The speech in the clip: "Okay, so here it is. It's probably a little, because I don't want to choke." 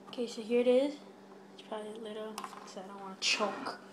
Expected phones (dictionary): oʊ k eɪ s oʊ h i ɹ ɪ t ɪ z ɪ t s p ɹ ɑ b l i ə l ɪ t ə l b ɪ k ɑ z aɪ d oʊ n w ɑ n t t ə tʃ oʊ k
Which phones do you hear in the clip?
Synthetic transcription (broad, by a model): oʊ k eɪ s oʊ h i ɹ ɪ t ɪ z ɪ t s p ɹ ɑ b l i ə l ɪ t l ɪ ɑ ɪ d oʊ n w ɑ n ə tʃ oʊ k